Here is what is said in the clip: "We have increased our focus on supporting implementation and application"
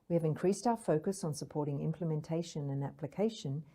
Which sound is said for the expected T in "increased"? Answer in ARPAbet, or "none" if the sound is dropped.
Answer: T